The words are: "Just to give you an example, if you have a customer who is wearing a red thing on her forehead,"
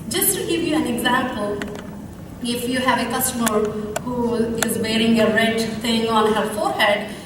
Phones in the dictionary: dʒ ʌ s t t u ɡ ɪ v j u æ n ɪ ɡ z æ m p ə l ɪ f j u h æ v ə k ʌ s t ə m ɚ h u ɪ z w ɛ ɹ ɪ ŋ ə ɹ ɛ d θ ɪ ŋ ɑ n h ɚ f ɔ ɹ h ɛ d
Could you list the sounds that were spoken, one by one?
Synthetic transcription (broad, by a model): dʒ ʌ s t t u ɡ ɪ v j u æ n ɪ ɡ z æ m p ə l ɪ f j u h æ v ə k ʌ s t ə m ɚ h u ɪ z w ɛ ɹ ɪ ŋ ə ɹ ɛ d t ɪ ŋ ɑ n h ɚ f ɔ ɹ h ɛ d